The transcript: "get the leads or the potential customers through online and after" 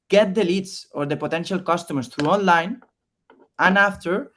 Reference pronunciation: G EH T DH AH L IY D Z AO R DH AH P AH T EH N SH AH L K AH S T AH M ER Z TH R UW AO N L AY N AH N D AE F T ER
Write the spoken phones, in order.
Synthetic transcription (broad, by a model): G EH T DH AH L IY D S AO R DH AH P AH T EH N SH AH L K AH S T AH M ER S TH R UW AO N L AY N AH N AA F T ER